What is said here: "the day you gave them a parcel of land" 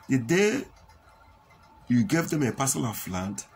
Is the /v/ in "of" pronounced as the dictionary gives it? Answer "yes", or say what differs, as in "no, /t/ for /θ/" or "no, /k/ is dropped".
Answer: no, /f/ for /v/